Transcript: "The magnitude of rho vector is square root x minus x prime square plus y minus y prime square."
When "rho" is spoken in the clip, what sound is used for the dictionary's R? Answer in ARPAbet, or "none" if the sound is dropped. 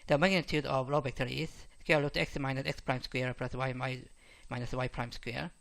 L